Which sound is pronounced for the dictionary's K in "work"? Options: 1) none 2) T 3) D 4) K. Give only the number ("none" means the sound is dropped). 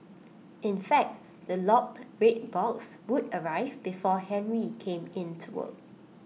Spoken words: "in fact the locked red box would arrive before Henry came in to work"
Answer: 1